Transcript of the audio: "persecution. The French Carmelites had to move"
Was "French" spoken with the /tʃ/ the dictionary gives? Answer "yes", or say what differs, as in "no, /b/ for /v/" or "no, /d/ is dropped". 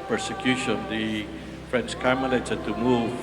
no, /s/ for /tʃ/